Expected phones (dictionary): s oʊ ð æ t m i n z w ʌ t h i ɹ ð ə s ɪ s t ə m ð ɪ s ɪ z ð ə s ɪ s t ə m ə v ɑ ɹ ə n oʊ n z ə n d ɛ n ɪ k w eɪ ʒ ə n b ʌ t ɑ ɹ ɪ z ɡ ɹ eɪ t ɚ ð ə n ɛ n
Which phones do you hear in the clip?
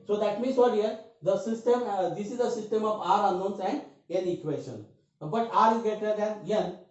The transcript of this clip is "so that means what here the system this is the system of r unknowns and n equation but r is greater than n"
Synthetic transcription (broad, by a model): s oʊ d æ t m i n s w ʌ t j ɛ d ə s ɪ s t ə m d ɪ s ɪ z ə s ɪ s t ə m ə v ɑ ɹ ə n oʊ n s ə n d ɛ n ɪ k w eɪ ʃ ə n b ʌ t ɑ ɹ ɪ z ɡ eɪ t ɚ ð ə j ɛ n